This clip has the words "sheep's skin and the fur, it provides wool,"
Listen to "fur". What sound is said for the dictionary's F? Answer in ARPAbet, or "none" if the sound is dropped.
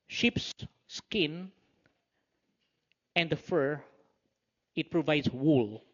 F